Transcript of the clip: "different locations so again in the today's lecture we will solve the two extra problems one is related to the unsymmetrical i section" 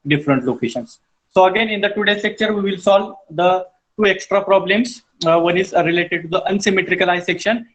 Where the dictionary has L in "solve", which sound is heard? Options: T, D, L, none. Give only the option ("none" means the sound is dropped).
L